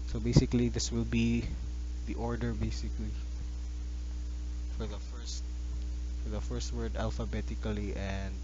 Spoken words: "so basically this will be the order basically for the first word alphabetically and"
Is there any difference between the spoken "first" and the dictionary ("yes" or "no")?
no